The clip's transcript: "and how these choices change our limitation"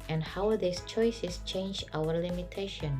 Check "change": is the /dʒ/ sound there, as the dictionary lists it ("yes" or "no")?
yes